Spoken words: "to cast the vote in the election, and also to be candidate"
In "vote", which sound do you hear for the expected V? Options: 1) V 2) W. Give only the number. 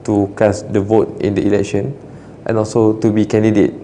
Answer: 1